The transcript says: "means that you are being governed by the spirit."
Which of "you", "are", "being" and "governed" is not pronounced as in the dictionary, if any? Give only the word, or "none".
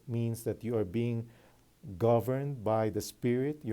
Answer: none